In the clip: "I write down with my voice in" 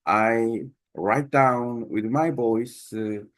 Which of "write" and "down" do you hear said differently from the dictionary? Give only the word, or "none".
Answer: none